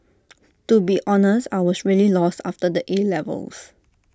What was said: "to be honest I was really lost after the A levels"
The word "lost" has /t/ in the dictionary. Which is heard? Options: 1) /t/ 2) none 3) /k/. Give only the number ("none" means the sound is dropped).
1